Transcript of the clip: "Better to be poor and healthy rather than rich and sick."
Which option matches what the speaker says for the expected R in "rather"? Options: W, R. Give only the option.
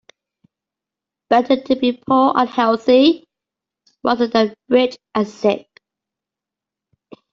W